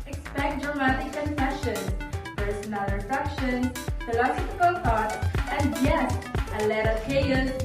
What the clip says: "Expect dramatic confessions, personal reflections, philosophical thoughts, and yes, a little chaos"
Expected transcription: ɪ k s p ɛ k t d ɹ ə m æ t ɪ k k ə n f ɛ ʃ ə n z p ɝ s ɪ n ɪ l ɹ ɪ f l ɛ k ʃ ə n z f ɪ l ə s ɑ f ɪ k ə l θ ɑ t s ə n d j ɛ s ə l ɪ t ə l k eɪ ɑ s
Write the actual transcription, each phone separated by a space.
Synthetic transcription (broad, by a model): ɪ k s p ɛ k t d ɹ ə m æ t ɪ k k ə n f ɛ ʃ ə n p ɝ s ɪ n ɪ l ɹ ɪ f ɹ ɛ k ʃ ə n f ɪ l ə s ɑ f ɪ k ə l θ ɑ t ə n d j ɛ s ə l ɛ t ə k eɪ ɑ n